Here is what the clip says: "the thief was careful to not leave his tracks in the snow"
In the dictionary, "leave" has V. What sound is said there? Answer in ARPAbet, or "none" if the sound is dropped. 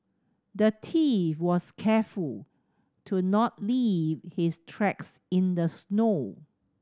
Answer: V